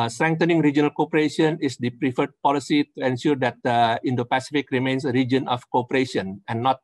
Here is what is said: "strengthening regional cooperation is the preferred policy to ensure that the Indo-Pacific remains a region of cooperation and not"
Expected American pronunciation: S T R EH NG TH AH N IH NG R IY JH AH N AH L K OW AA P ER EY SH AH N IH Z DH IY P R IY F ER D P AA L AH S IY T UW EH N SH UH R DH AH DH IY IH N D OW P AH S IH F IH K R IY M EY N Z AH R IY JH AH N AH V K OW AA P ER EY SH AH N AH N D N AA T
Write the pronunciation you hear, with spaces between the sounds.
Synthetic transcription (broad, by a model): S T R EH NG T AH N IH NG R IY JH AH N AH L K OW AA P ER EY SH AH N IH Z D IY P R IY F ER D P AA L AH S IY T UW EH N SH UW R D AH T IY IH N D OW P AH S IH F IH K R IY M EY N S AH R IY JH AH N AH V K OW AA P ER EY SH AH N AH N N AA T